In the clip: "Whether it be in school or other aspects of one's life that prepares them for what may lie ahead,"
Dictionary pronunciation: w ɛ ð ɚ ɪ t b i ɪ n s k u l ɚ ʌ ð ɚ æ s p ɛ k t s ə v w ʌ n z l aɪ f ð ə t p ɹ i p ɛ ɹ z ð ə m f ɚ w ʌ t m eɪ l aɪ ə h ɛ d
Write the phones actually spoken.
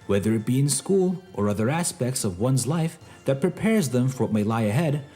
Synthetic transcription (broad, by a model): w ɛ ð ɚ ɪ t b i ɪ n s k u l ɚ ʌ ð ɚ æ s p ɛ k t s ə v w ʌ n z l aɪ f ð ə t p ɹ i p ɛ ɹ z ð ə m f ɚ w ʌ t m eɪ l aɪ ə h ɛ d